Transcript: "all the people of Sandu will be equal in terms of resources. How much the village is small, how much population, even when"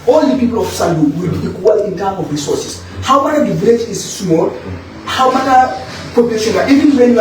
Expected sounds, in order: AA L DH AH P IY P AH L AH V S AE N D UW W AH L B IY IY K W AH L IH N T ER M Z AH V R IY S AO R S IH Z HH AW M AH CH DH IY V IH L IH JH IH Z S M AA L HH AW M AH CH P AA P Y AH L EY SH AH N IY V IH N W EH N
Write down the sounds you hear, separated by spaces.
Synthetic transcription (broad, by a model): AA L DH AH P IY P L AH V S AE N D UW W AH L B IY IY K W AH L IH N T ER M AH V R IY S AO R S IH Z HH AW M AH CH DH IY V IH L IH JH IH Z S M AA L HH AW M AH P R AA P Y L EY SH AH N IY V IH N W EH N